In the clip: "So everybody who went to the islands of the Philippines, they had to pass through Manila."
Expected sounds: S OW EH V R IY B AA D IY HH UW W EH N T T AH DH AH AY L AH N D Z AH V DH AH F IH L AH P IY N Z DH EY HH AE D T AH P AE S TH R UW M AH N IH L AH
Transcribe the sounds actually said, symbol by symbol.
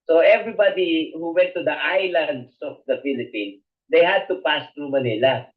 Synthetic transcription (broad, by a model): S OW EH V R IY B AA D IY HH UW W EH N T T AH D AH AY L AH N D S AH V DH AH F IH L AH P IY N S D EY HH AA D T AH P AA S T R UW M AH N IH L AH